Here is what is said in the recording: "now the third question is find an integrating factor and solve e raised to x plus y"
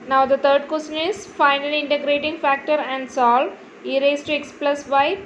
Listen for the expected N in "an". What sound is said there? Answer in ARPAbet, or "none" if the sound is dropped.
L